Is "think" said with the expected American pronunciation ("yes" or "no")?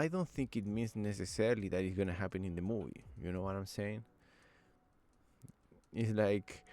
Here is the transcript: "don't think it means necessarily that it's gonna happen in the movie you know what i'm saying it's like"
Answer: yes